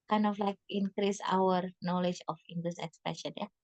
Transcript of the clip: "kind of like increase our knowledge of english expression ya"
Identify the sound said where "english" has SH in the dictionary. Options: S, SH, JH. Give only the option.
S